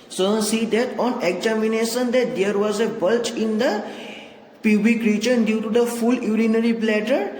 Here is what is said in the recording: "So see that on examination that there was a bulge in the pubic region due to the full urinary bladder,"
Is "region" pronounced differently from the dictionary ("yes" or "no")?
yes